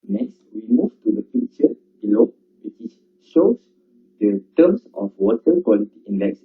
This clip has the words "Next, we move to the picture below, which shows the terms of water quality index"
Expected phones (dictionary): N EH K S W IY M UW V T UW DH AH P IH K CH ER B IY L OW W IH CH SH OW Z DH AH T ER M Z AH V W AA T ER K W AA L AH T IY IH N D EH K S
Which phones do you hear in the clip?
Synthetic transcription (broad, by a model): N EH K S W IY M UW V T UW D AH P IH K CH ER B IY L OW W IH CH SH OW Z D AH T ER M S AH F W AA T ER K W AA L AH T IY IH N D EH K S